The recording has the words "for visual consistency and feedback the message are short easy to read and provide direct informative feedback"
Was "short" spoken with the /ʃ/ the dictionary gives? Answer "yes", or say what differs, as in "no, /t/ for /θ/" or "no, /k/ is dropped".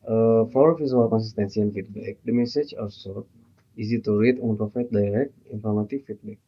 no, /s/ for /ʃ/